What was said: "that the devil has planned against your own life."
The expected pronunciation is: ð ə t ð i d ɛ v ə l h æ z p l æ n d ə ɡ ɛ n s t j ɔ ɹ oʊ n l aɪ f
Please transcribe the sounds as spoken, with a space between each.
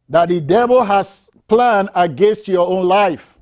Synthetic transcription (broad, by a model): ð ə t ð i d ɛ v ə l h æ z p l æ n d ə ɡ ɛ n s t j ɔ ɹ oʊ n l aɪ f